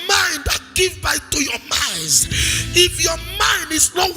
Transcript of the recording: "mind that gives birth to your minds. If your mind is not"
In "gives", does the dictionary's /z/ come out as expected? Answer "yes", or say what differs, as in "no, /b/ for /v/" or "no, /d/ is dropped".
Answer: no, /z/ is dropped